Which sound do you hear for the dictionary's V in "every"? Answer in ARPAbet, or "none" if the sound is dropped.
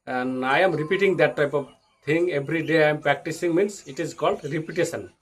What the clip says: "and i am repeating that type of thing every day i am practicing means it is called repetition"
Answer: B